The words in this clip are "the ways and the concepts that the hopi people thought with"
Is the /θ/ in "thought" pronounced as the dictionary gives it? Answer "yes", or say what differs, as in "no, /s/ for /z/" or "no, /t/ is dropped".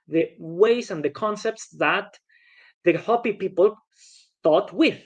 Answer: no, /t/ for /θ/